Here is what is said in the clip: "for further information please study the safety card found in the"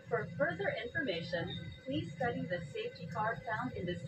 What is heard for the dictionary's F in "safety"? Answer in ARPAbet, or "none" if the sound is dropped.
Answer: F